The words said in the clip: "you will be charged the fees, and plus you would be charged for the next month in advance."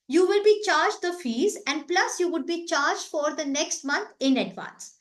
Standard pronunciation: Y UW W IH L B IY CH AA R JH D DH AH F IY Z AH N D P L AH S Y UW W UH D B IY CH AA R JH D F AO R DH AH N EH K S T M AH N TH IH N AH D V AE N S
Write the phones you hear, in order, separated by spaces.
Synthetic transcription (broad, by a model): Y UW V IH L B IY CH AA R JH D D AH F IY Z AH N D P L AH S Y UW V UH D B IY CH AA R JH D F AO R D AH N EH K S T M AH N T IH N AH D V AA N S